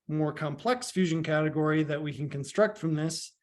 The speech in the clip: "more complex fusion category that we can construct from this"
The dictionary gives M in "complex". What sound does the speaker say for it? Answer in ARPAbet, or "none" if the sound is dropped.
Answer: M